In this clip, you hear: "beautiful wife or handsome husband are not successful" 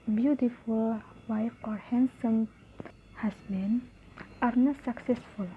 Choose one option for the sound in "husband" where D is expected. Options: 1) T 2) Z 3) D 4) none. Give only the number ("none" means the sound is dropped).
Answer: 4